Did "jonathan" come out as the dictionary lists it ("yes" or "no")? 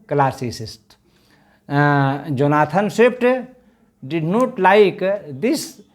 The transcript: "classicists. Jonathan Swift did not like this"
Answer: no